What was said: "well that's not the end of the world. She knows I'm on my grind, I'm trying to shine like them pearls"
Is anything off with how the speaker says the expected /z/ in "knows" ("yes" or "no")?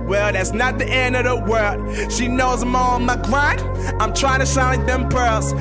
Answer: no